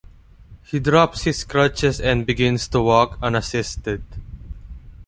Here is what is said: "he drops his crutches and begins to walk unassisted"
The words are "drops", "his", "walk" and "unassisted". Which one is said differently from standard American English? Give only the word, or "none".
his